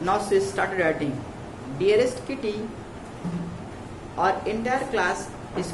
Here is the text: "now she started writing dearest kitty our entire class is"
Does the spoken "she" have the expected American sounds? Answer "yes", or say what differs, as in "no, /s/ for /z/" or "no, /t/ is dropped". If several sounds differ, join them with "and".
no, /s/ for /ʃ/